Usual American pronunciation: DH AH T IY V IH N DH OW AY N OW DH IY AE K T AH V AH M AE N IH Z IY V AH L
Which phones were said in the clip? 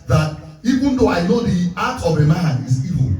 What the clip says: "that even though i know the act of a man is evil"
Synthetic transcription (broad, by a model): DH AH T IY V IH N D OW AY N OW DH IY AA T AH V AH M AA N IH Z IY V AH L